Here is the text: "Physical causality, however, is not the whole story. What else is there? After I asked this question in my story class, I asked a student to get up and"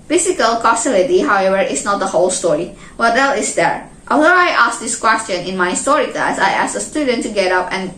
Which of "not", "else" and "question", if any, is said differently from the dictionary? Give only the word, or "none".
else